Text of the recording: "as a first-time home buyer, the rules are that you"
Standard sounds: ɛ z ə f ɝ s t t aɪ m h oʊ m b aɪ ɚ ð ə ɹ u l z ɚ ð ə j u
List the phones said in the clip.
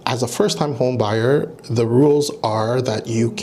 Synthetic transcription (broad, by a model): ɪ z ə f ɝ s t t aɪ m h oʊ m b aɪ ɚ ð ə ɹ u l z ɚ ð ə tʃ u